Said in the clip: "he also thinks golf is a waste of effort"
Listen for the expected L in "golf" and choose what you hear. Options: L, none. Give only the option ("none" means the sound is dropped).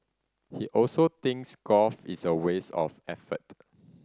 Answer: none